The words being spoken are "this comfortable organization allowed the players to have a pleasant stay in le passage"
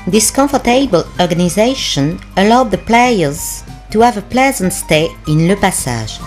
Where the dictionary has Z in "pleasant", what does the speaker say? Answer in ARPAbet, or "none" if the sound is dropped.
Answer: Z